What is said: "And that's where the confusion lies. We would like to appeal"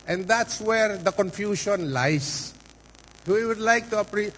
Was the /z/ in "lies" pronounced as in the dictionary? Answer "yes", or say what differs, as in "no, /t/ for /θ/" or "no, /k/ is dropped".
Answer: no, /s/ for /z/